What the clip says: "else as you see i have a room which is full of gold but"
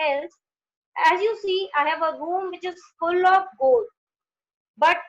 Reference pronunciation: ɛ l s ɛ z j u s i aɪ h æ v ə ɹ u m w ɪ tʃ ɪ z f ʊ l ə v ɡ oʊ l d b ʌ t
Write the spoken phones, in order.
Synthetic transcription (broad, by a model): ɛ l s ɛ z j u s i aɪ h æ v ə ɹ u m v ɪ tʃ ɪ z f ʊ l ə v ɡ oʊ l d b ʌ t